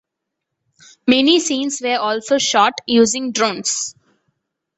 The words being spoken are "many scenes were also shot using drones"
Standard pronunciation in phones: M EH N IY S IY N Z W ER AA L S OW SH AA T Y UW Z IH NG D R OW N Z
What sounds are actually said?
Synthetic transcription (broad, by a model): M EH N IY S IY N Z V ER AA L S OW SH AA T Y UW Z IH NG D R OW N S